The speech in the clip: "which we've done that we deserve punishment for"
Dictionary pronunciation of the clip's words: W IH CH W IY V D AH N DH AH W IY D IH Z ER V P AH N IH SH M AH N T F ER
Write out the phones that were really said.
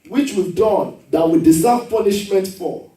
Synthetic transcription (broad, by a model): W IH CH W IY D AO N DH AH W IY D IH S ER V P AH N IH SH M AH N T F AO